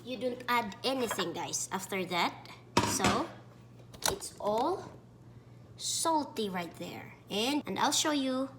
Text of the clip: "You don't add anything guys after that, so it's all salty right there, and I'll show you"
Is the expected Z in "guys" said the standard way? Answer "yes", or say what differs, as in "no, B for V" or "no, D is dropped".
no, S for Z